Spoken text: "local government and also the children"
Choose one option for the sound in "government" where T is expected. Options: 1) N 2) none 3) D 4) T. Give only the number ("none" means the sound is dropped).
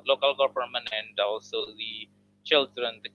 2